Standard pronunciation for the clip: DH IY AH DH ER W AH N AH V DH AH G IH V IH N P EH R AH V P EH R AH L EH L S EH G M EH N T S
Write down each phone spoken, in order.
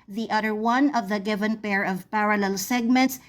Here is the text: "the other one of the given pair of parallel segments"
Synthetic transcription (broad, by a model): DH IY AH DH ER W AH N AH V DH AH G IH V IH N P EH R AH V P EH R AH L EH L S EH G M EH N T S